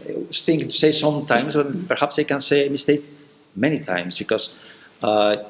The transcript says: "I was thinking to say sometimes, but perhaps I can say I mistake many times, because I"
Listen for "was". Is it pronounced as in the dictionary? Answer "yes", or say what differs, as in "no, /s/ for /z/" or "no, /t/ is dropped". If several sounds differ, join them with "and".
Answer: no, /s/ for /z/